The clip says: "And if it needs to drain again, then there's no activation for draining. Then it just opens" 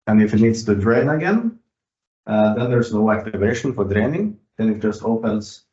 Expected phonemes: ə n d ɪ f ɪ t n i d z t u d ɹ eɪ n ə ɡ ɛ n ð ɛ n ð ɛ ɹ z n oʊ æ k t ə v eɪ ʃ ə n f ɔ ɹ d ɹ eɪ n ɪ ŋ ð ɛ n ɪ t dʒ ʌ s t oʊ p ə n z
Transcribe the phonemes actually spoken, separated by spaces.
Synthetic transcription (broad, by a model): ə n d ɪ f ɪ t n i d s t u d ɹ eɪ n ə ɡ ɛ n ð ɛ n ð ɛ ɹ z n oʊ æ k t ə v eɪ ʃ ə n f ɔ ɹ d ɹ eɪ n ɪ ŋ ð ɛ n ɪ t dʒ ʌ s t oʊ p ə n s